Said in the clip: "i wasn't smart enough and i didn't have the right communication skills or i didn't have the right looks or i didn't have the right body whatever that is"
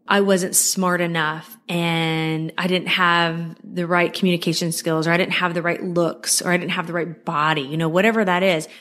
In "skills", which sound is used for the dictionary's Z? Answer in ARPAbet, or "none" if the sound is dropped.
Z